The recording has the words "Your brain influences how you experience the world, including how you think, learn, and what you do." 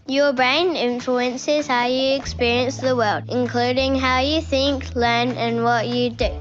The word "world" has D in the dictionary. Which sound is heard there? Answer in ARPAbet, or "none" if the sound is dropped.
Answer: D